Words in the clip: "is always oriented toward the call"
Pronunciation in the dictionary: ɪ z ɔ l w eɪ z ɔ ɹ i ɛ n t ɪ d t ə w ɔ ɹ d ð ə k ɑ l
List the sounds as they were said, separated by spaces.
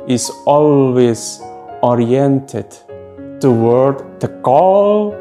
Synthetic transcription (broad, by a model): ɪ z ɔ l w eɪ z ɔ ɹ i ɛ n t ɪ d t ə w ɔ ɹ d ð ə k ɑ l